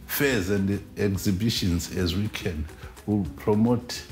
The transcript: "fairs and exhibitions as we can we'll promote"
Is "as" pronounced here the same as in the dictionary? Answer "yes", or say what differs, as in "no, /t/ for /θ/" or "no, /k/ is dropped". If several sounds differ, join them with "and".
yes